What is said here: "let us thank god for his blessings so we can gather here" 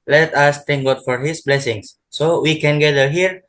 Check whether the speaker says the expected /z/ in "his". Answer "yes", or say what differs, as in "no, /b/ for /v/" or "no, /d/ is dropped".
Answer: no, /s/ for /z/